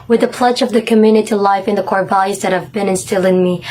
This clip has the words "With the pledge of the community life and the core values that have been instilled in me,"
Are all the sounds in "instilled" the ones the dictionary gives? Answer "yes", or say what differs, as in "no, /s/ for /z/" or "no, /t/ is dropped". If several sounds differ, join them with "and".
no, /d/ is dropped